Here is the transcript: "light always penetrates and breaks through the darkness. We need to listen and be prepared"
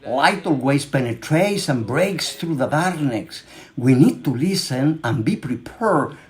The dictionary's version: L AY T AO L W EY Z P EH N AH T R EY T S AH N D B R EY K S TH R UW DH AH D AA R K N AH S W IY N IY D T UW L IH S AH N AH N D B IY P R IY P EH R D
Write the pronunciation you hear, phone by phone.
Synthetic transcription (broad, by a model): L AY T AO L W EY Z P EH N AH T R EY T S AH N B R EY K S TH R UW DH AH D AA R N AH S W IY N IY D T UW L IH S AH N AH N B IY P R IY P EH R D